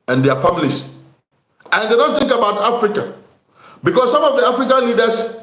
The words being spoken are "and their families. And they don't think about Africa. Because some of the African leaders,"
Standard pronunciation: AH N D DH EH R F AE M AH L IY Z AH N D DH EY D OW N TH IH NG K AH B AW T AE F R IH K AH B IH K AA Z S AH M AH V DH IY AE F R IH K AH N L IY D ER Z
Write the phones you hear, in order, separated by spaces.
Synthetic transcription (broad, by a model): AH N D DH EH F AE M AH L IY S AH N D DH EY D OW N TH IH NG K AH B AW T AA F R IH K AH B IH K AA S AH M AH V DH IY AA F R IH K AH N L IY D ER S